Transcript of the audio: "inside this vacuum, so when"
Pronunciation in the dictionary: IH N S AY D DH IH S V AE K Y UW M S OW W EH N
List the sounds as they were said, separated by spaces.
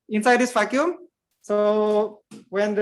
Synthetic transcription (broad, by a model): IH N S AY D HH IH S F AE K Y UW M S OW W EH N